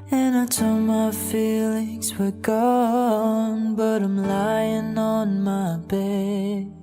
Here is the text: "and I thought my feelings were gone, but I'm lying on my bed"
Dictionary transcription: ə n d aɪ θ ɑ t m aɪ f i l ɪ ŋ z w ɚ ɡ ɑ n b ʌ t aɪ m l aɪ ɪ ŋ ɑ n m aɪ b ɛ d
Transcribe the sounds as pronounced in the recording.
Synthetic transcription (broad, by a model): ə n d aɪ t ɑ m aɪ f i l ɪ ŋ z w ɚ ɡ ɑ n b ʌ t aɪ m l aɪ ɪ ŋ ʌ n m aɪ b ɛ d